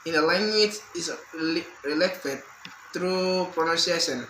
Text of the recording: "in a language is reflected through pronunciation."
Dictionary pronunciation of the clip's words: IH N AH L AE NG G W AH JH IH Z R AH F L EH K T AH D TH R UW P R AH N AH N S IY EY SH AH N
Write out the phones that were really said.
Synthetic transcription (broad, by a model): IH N AH L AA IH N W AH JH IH S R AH L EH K T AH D T R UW P R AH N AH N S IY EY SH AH N